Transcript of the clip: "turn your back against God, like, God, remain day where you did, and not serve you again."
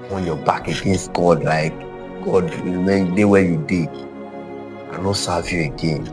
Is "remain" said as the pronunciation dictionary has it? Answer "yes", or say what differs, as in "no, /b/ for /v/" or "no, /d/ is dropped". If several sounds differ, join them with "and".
no, /w/ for /ɹ/